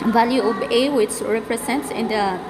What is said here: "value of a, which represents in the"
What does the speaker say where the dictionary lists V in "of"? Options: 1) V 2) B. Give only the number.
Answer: 2